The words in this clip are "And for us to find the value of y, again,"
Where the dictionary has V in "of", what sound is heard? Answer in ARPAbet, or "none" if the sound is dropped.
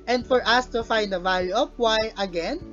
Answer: P